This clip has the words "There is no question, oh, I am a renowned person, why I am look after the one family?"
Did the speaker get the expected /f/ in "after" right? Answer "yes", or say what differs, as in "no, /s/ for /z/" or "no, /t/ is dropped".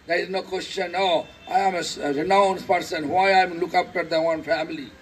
no, /p/ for /f/